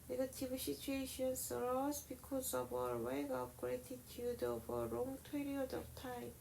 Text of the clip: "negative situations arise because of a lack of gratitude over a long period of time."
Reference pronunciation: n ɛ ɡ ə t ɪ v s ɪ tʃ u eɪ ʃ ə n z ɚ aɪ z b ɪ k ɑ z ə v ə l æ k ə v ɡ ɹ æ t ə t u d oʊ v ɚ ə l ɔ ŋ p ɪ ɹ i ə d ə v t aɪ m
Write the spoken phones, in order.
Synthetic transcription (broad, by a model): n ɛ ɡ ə t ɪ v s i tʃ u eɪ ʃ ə n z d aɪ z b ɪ k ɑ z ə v ə w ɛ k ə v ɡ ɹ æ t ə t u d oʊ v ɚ ə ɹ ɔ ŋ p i ɹ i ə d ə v t aɪ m